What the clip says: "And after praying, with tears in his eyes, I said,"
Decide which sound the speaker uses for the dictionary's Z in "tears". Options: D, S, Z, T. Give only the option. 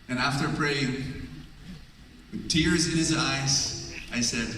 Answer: Z